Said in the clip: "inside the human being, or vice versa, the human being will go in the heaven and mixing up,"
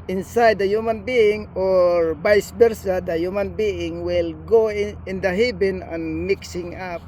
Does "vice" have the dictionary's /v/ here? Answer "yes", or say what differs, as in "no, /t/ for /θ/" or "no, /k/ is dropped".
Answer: no, /b/ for /v/